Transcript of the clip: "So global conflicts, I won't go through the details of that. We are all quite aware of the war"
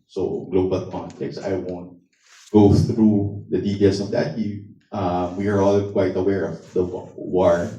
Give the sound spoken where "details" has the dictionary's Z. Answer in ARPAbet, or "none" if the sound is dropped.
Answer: S